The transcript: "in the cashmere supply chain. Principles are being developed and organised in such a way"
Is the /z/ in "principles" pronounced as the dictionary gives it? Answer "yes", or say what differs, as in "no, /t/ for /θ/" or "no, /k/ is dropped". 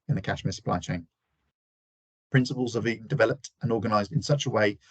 yes